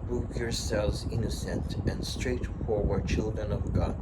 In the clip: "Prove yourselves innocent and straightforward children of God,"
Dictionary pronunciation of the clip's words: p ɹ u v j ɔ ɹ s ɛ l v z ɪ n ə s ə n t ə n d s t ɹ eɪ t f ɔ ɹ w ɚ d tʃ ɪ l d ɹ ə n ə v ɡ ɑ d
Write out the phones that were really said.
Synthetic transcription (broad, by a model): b ɹ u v j ɔ ɹ s ɛ l v z ɪ n ə s ə n t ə n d s t ɹ eɪ t f ɔ ɹ w ɚ d tʃ ɪ l d ɹ ə n ə v ɡ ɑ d